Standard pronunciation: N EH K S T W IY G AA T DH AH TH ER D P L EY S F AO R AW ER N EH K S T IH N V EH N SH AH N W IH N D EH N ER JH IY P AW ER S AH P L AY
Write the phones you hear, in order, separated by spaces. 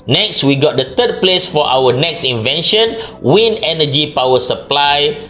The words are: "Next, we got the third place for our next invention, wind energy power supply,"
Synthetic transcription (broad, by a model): N EH K S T W IY G AA T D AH T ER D P L EY S F AO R AW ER N EH K S T IH N V EH N SH AH N W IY N EH N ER JH IY P AW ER S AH P L AY